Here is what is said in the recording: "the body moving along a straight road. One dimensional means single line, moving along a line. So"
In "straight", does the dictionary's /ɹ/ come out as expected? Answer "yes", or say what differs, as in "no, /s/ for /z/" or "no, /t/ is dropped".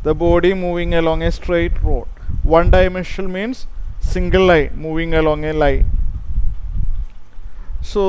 yes